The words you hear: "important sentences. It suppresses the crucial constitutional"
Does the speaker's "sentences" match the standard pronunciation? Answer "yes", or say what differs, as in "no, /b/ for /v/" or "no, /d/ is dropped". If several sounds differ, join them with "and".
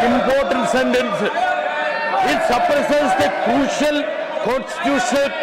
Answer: no, /z/ is dropped